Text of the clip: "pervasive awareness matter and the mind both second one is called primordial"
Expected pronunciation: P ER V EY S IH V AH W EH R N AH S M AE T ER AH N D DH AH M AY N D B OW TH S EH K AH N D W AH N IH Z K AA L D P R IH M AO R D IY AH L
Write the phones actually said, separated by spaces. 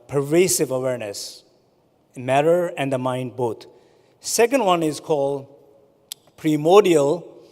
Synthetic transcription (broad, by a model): P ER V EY S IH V AH W EH R N AH S M AE T ER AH N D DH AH M AY N D B OW T S EH K AH N D W AH N IH Z K AA L D P R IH M AO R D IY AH L